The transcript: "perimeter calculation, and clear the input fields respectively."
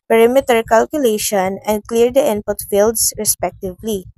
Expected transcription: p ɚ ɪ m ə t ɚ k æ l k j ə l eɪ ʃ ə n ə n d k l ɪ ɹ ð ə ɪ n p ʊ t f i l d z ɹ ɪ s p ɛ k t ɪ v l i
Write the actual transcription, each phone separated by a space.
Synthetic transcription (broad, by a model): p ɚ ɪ m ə t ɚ k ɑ l k j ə l eɪ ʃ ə n ə n d k l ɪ ɹ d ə ɪ n p ʊ t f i l d s ɹ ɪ s p ɛ k t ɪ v l i